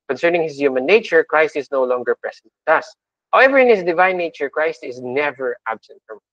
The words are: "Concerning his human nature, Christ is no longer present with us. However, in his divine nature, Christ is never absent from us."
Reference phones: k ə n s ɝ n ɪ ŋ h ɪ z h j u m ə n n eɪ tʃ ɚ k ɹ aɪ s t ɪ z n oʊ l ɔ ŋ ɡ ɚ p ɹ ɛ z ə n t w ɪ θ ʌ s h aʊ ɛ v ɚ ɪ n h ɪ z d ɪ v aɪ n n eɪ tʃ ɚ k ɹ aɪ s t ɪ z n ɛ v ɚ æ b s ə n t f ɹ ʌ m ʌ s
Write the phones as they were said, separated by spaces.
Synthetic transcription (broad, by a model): k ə n s ɝ n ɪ ŋ h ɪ s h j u m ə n n eɪ tʃ ɚ k ɹ aɪ s t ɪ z n oʊ l ɔ ŋ ɡ ɚ p ɹ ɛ s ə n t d ʌ s h aʊ ɛ v ɚ ɪ n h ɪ s d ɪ v aɪ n n eɪ tʃ ɚ k ɹ aɪ s t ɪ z n ɛ v ɚ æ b s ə n t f ɹ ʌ m